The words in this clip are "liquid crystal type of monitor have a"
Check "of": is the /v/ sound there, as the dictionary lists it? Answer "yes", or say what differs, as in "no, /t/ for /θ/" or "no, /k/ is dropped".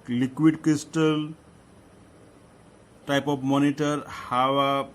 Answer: no, /b/ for /v/